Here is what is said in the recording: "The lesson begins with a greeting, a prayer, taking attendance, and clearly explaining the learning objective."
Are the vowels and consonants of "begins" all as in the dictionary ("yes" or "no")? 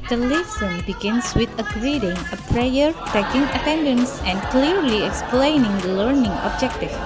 no